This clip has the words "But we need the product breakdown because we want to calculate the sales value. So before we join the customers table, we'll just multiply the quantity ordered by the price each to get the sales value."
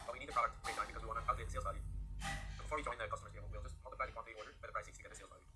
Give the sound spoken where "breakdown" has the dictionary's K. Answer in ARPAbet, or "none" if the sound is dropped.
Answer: none